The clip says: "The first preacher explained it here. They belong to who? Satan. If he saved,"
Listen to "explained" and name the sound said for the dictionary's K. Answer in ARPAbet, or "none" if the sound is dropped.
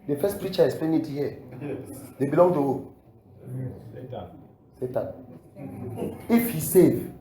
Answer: none